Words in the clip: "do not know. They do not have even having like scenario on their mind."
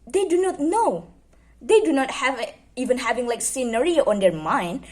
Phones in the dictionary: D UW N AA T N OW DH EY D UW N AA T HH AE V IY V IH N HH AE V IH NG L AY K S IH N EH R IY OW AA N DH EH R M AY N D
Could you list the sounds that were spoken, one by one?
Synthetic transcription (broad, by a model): D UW N AA T N OW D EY D UW N AA T HH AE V IY V IH N HH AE V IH NG L AY K S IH N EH R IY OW AA N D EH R M AY N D